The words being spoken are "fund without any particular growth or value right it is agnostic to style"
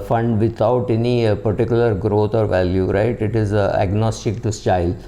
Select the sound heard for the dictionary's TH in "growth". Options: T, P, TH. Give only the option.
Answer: T